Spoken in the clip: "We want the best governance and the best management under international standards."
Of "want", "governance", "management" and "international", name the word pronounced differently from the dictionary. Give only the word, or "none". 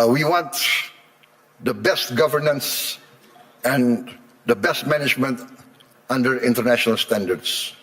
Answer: none